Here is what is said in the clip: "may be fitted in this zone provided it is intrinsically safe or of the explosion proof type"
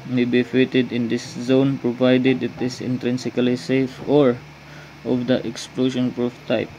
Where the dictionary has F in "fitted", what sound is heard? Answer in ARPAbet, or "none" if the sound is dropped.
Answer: F